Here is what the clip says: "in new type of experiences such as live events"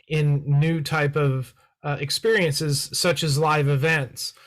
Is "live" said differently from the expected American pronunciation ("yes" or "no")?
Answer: no